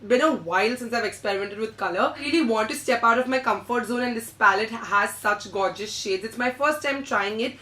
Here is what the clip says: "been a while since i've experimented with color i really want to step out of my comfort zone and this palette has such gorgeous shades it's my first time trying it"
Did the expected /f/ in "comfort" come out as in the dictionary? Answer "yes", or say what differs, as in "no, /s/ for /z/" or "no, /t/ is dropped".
yes